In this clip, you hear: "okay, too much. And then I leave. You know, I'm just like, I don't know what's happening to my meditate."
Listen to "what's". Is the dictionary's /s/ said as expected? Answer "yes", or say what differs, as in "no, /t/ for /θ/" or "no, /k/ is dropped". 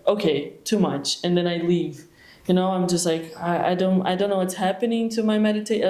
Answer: yes